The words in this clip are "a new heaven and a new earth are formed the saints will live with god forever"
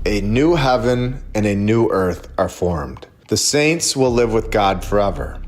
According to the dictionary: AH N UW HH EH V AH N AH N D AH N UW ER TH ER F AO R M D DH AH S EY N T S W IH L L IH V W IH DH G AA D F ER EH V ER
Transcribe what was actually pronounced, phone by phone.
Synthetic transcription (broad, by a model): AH N UW HH EH V AH N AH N AH N UW ER TH ER F AO R M D DH AH S EY N T S W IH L L IH V W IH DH G AA D F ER EH V ER